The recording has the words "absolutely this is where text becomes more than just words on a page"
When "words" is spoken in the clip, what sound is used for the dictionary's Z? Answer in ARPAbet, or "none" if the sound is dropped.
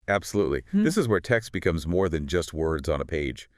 Z